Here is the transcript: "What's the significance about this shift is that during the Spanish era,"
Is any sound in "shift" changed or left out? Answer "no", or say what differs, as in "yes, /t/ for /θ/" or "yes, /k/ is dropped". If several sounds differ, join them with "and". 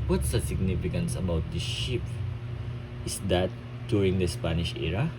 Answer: yes, /p/ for /f/